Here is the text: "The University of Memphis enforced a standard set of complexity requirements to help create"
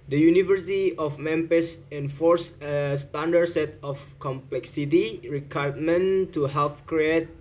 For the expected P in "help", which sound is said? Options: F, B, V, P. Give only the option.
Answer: F